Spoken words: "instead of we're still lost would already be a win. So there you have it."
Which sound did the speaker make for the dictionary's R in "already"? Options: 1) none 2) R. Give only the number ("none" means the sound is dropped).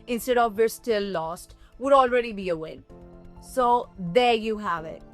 2